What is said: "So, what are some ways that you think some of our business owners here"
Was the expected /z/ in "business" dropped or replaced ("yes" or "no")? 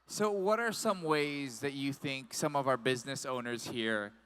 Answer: no